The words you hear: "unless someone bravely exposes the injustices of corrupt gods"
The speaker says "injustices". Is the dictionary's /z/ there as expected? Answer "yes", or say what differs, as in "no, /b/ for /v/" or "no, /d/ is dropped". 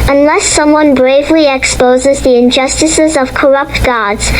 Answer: yes